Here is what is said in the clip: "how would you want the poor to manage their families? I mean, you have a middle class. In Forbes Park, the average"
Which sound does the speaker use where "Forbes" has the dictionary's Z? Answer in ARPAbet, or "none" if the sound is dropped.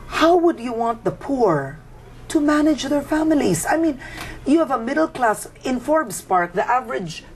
S